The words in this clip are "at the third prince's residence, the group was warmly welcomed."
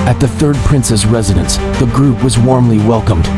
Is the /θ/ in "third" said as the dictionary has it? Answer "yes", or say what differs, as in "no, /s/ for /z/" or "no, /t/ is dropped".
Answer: yes